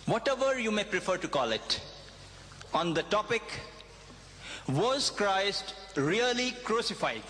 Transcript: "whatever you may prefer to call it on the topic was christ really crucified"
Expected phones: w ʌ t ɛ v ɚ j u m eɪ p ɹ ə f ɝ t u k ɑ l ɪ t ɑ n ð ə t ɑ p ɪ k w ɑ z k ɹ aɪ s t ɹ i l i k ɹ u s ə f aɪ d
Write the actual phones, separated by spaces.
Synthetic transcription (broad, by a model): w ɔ t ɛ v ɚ j u m eɪ p ɹ ə f ɝ t u k ɑ l ɪ t ɑ n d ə t ɑ p ɪ k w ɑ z k ɹ aɪ s t ɹ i l i k ɹ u s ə f aɪ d